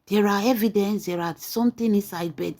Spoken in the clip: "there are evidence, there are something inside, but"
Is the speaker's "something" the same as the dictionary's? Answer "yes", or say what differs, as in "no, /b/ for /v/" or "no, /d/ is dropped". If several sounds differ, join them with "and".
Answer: no, /t/ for /θ/